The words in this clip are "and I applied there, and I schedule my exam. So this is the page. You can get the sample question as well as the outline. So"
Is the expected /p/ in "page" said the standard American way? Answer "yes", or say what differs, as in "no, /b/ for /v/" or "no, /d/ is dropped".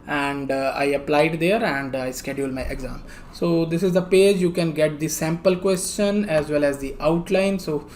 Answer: yes